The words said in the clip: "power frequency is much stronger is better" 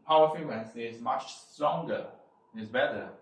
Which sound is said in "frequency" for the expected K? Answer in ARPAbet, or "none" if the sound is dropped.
none